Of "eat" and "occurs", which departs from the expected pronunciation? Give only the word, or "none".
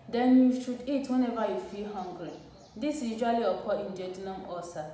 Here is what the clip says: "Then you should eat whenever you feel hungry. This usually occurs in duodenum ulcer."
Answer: occurs